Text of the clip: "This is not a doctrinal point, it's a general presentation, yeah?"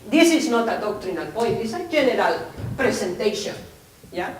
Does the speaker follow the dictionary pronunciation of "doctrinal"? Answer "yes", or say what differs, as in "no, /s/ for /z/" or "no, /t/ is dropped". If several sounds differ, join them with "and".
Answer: yes